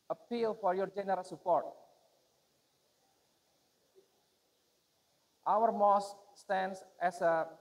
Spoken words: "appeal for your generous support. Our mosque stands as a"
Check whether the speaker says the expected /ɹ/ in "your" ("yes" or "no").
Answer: yes